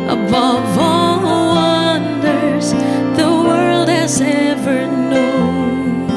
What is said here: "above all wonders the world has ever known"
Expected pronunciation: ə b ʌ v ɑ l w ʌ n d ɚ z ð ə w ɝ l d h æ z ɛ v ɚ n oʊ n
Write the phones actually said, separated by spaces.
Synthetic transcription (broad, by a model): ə b ʌ v ɑ l w ʌ n d ɚ z ð ə w ɝ l d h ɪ z ɛ v ɚ n oʊ n